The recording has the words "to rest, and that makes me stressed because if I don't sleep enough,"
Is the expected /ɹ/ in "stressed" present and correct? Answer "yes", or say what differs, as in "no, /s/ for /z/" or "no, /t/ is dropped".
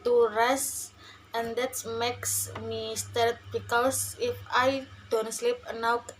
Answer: no, /ɹ/ is dropped